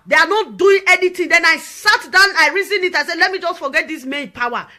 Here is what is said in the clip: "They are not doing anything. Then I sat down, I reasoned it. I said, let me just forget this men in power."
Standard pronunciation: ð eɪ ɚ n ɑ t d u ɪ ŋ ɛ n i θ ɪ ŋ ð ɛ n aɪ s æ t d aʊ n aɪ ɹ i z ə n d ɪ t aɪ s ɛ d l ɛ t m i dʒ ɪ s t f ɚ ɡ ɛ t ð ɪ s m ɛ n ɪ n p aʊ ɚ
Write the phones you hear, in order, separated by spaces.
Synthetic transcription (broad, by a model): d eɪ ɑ n ɑ t d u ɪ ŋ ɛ n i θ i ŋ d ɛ n aɪ s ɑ t d aʊ n aɪ ɹ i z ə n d ɪ t aɪ s ɛ d l ɛ t m i dʒ ɪ s t f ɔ ɡ ɛ t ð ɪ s m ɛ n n p aʊ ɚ